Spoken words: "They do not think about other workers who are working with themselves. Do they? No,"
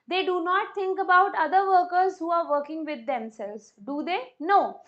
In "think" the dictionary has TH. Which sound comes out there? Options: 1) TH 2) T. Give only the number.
2